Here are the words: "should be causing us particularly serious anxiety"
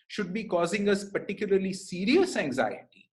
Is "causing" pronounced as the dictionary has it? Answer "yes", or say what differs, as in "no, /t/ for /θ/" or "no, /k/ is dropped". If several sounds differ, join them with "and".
yes